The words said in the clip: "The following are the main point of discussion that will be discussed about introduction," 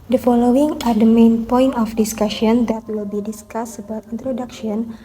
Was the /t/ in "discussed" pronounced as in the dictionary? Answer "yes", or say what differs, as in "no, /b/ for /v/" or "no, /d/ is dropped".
no, /t/ is dropped